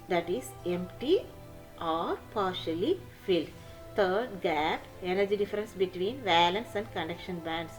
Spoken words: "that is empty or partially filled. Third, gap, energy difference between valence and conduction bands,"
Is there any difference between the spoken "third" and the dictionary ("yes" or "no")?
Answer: yes